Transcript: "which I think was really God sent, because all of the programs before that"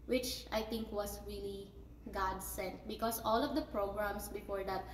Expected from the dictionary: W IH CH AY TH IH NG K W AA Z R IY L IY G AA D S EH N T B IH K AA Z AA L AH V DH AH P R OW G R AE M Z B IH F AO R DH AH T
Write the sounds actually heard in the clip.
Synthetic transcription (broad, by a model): W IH CH AY T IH NG K W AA S R IY L IY G AA D S EH N T B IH K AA S AA L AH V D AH P R OW G R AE M S B IH F AO R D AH T